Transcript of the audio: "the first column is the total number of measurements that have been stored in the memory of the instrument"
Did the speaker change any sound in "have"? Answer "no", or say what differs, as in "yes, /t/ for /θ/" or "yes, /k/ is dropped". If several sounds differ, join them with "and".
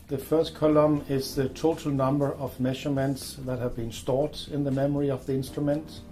no